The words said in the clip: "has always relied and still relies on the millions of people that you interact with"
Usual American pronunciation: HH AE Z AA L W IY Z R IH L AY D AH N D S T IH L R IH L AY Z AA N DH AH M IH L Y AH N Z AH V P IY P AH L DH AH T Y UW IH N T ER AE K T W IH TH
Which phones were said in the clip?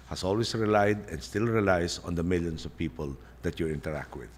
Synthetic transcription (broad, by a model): HH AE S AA L W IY S R IH L AY D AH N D S T IH L R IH L AY S AA N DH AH M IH L Y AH N S AH V P IY P AH L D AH T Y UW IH N T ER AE K T W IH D